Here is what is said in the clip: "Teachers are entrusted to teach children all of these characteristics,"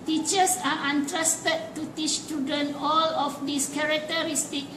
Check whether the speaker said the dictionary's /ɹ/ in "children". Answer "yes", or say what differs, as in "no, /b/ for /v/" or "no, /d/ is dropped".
no, /ɹ/ is dropped